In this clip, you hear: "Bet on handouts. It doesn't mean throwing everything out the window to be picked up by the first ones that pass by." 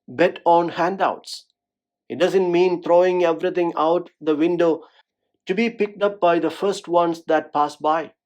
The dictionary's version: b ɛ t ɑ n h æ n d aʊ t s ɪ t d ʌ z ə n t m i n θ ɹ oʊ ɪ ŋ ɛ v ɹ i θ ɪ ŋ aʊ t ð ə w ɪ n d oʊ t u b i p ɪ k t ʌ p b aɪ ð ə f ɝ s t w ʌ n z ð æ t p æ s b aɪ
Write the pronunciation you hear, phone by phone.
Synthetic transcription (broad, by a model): b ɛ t ɑ n h æ n d aʊ t s ɪ t d ʌ z ə n t m i n t ɹ oʊ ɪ ŋ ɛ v ɹ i t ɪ ŋ aʊ t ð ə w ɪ n d oʊ t u b i p ɪ k t ʌ p b aɪ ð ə f ɝ s t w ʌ n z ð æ t p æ s b aɪ